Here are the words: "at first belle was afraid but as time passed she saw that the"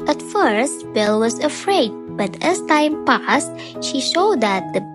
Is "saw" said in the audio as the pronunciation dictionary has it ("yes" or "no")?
no